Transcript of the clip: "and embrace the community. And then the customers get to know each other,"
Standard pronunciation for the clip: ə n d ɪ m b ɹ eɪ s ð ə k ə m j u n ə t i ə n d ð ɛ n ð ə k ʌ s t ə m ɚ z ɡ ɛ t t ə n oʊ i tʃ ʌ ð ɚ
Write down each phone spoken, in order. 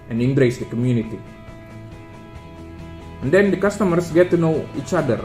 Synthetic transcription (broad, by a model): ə n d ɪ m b ɹ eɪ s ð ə k ə m j u n ə t i ə n d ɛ n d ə k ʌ s t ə m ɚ s ɡ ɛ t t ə n oʊ i tʃ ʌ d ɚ